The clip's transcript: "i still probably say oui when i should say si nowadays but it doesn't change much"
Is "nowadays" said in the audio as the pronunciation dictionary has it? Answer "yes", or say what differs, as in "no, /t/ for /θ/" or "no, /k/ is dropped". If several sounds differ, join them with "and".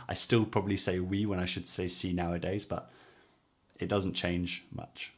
yes